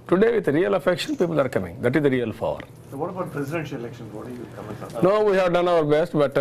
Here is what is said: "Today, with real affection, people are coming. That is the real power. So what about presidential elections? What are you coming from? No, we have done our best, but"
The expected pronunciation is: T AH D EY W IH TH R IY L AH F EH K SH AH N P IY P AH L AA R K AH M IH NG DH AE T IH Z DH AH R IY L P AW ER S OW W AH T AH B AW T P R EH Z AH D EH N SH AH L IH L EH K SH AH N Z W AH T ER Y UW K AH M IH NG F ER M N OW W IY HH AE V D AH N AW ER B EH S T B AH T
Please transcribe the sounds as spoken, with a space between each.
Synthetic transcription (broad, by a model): T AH D EY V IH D R IY L AH F EH K SH AH N P IY P AH L AA R K AH M IH NG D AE T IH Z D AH R IY L F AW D S OW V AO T AH B AW T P R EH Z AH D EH N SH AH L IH L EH K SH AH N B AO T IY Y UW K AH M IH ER N OW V IY HH AE V D AH N AW ER B EH S T B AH T